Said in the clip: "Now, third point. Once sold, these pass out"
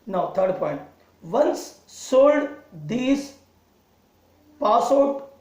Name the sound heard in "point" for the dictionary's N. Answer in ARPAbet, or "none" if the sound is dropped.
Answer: N